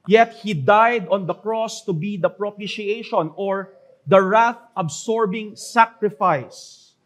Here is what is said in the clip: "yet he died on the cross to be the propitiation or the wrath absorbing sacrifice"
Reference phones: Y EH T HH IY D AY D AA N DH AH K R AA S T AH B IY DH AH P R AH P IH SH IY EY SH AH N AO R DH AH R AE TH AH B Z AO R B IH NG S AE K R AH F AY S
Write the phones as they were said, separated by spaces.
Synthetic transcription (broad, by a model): Y EH T HH IY D AY D AA N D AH K R AA S T AH B IY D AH P R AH P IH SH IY EY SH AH N AO R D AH R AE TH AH B S AO R B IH NG S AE K R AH F AY S